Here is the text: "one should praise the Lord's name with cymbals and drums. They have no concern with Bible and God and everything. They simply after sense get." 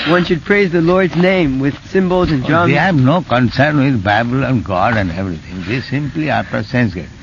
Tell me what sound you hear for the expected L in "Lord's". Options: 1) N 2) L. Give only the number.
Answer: 2